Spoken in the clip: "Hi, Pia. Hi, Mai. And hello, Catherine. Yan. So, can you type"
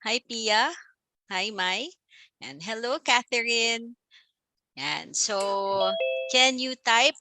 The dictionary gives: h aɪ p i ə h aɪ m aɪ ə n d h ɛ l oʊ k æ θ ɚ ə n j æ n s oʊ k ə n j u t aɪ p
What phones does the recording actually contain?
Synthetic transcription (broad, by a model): h aɪ p i ə h aɪ m aɪ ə n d h ɛ l oʊ k æ θ ɚ ə n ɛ n s oʊ k ə n j u t aɪ p